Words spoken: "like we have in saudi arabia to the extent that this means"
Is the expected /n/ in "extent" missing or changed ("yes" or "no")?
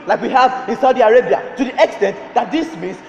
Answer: no